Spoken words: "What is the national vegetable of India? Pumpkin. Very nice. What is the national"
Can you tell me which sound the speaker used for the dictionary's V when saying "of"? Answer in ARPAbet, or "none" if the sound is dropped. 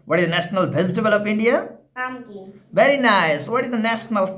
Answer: P